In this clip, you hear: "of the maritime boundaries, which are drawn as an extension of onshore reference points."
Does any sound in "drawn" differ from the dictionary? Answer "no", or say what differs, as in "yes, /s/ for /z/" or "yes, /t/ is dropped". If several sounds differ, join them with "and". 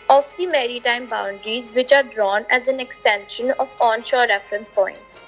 no